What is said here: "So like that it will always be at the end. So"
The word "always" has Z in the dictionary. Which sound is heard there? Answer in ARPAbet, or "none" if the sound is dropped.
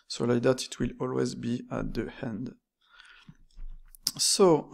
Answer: Z